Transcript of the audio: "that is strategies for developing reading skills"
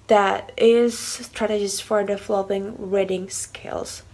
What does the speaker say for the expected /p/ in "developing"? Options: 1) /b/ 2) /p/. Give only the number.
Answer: 1